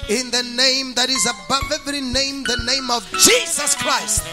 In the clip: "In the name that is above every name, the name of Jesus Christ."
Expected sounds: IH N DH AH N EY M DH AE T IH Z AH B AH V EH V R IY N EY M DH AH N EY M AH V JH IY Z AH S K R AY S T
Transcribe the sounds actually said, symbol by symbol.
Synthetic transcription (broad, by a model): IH N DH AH N EY M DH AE T IH Z AH B AH V EH V R IY N EY M DH AH N EY M AH V JH IY Z AH S K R AY S T